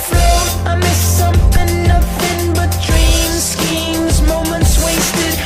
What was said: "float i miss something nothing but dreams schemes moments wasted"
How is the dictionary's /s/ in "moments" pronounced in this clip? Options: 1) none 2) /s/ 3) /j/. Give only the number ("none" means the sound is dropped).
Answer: 2